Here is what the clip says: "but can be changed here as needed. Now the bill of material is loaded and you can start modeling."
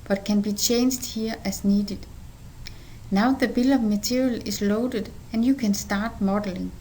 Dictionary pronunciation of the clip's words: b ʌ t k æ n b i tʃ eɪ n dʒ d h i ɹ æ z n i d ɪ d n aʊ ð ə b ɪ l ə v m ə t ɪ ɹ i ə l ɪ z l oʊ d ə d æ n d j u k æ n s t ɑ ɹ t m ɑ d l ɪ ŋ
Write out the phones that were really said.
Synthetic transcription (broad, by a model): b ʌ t k æ n b i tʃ eɪ n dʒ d h i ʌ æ s n i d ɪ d n aʊ ð ə b ɪ l ə v m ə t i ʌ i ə l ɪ s l oʊ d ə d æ n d j u k æ n s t ɑ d m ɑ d l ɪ ŋ